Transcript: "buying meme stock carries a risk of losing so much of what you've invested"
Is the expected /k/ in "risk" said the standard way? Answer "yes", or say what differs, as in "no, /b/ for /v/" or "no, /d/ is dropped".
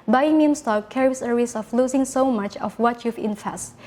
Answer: no, /k/ is dropped